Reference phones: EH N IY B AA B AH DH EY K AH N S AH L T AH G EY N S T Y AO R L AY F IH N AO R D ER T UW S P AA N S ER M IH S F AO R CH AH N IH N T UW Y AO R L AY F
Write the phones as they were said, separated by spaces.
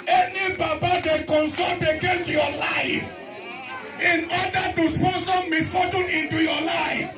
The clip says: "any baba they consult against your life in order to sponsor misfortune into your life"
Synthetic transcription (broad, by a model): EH N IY B AA B AH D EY K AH N S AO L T AH G EY N S T Y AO L AY F IH N AO D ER T UW S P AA S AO M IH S F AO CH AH N IH N T UW Y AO L AY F